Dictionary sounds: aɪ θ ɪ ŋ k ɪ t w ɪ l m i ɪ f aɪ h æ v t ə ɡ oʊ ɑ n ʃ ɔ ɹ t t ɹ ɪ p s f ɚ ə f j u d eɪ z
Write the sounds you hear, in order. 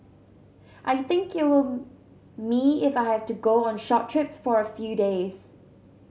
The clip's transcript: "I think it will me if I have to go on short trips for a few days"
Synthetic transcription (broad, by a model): aɪ θ ɪ ŋ k ɪ t w ɪ l m i ɪ f aɪ h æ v t ə ɡ oʊ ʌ n ʃ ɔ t t ɹ ɪ p s f ɚ ə f j u d eɪ z